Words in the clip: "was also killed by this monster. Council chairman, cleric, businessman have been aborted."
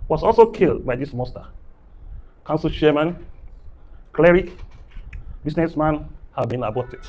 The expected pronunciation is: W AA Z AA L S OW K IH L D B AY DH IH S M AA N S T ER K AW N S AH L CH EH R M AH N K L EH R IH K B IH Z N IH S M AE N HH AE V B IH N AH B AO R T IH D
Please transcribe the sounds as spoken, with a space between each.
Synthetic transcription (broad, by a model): W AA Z AA L S OW K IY L D B AY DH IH S M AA S T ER K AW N S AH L SH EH M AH N K L EH R IH K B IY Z N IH S M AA N HH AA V B IH N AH B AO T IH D